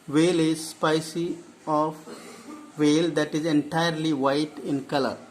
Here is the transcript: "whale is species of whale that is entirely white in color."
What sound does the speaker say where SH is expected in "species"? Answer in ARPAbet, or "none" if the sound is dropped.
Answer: S